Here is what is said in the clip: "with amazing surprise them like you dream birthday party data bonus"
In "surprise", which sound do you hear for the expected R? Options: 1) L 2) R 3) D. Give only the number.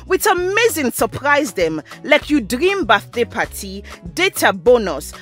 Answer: 2